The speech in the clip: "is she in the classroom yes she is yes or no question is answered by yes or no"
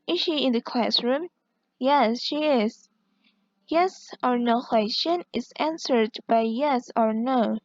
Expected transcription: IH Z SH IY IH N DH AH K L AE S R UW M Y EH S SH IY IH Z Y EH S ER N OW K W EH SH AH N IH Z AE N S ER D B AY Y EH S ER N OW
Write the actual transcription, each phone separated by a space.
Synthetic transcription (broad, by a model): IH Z SH IY IH N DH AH K L AE S R UW M Y EH S SH IY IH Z Y EH S ER N OW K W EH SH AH N IH Z AE N S ER D B AY Y EH S ER N OW